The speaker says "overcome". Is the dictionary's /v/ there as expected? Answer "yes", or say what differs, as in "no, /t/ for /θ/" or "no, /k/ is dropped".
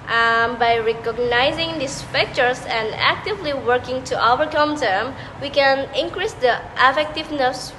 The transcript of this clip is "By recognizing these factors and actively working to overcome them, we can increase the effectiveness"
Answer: no, /v/ is dropped